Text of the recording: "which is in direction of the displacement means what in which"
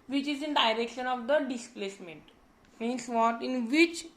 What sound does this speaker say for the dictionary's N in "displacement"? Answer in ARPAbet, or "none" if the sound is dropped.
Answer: N